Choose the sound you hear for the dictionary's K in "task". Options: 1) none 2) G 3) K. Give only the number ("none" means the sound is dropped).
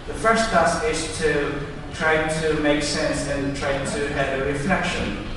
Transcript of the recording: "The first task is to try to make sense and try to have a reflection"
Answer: 1